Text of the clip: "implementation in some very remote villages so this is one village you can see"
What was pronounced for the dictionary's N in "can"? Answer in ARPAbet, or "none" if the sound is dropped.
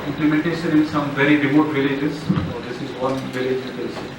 L